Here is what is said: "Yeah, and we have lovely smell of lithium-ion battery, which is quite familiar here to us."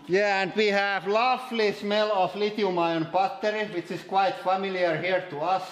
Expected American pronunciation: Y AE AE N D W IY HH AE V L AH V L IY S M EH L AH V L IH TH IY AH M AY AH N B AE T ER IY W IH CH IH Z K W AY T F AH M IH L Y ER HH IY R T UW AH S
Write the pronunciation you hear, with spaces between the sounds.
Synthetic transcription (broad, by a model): Y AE AE N D W IY HH AE V L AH F L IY S M EH L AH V L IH T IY M AY AH N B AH T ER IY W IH CH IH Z K W AY T F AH M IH L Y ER HH IY R T UW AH S